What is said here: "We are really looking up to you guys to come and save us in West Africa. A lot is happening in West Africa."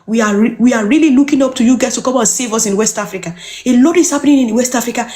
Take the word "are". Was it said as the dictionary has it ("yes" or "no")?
no